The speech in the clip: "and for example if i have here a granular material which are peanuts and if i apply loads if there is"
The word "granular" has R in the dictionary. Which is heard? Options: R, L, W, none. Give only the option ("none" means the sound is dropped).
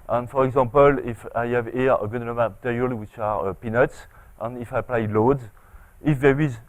none